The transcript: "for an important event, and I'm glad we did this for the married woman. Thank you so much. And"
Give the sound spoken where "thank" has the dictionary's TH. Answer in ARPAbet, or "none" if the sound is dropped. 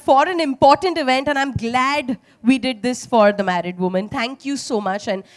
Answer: T